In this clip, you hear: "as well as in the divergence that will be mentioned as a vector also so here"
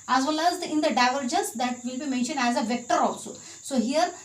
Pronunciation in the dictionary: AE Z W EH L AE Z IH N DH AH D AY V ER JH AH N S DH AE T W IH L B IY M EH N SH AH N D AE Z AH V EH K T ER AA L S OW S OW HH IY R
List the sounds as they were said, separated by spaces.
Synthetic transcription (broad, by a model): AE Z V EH L AE Z IH N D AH D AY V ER JH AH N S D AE T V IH L B IY M EH N SH AH N D AE Z AH V EH K T ER AA L S OW S OW HH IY R